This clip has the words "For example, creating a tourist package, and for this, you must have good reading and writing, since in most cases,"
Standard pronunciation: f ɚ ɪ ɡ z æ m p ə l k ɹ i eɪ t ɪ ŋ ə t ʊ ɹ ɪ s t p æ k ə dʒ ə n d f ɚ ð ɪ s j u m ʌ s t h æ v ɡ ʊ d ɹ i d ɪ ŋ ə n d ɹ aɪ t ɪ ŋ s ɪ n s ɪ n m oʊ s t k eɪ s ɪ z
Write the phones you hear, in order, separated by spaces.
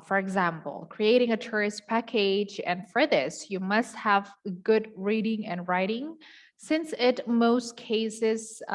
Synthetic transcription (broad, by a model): f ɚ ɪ ɡ z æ m p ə l k ɹ i eɪ t ɪ ŋ ə t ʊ ɹ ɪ s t p æ k ə dʒ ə n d f ɚ ð ɪ s j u m ʌ s t h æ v ɡ ʊ d ɹ i d ɪ ŋ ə n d ɹ aɪ t ɪ ŋ s ɪ n s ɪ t m oʊ s t k eɪ s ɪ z